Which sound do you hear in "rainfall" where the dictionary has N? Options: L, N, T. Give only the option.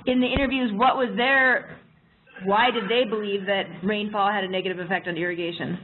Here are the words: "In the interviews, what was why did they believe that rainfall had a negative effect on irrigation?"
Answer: N